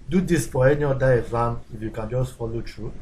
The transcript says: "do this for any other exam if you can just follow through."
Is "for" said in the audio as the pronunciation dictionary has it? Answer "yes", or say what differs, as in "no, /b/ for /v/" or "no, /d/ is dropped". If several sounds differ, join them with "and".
no, /p/ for /f/